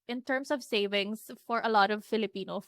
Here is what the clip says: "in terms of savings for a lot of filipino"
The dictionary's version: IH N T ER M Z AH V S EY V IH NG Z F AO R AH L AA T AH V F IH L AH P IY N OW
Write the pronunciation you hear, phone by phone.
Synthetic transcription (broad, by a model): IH N T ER M S AH V S EY V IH NG S F AO R AH L AA T AH V F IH L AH P IY N OW